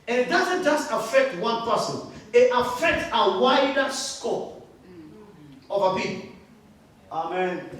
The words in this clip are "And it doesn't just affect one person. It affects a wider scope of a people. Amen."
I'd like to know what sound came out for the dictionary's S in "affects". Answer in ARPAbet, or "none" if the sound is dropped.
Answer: none